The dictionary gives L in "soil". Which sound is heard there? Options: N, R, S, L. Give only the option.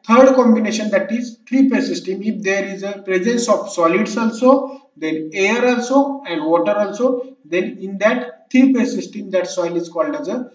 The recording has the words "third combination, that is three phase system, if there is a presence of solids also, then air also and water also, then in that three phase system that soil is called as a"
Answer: L